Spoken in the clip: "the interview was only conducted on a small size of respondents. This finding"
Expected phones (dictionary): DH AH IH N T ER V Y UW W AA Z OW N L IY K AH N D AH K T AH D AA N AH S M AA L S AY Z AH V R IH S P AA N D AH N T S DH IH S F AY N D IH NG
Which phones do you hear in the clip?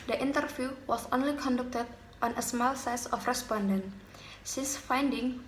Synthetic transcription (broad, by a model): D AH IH N T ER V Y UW W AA S OW N L IY K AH N D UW K T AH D AA N AH S M AA L S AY S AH F R IH S P AA N D AH N T S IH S F AY N D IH NG